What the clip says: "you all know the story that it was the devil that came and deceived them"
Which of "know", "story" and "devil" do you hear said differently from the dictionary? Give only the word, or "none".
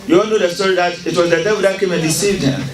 devil